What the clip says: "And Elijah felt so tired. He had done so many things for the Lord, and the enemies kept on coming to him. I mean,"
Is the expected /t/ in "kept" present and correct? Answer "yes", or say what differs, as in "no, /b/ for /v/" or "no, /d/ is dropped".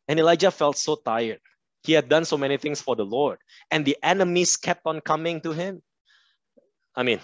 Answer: yes